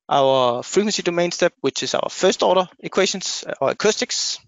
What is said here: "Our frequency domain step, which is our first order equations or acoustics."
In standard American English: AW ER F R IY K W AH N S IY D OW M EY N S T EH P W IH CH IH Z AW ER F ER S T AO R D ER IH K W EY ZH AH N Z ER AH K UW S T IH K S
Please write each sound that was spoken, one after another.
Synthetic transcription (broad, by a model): AW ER F R IY K W AH N S IY D OW M EY N S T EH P W IH CH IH S AW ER F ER S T AO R D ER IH K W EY SH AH N S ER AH K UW S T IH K S